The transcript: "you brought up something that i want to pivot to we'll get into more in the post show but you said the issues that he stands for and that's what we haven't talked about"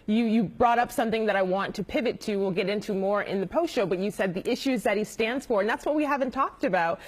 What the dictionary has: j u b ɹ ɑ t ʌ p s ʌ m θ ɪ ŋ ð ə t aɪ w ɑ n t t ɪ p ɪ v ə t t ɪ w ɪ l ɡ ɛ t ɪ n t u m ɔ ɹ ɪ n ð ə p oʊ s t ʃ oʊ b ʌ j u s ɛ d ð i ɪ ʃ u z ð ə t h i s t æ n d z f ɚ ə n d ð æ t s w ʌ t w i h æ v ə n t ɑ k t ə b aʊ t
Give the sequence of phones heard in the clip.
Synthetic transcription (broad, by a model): j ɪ b ɹ ɑ t ʌ p s ʌ m θ ɪ ŋ ð ə t aɪ w ɑ n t t ɪ p ɪ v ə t t ɪ w ɪ l ɡ ɛ t ɪ n t u m ɔ ɹ ɪ n ð ə p oʊ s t ʃ oʊ b ʌ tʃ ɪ s ɛ d ð i ɪ ʃ u z ð ə t h i s t æ n d z f ɚ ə n ð æ t s w ʌ t w i h æ v ə n t ɑ k t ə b aʊ t